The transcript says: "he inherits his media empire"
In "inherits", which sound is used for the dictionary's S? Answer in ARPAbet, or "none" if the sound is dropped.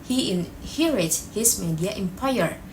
none